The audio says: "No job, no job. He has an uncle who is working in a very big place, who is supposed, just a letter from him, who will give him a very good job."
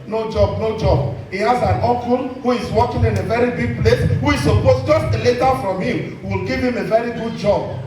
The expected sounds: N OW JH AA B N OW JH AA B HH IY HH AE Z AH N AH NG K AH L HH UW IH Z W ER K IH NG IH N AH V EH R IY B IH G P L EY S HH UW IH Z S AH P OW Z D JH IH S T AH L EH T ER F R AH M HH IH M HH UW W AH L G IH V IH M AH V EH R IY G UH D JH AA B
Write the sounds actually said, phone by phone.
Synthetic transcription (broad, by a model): N OW JH AA B N OW JH AA B HH IY HH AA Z AH N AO K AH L HH UW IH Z W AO K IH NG IH N AH V EH R IY B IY G P L EY S HH UW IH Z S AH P OW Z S JH IH S T L EH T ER F R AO M HH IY M W AH L G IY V IH M AH V EH R IY G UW D JH AA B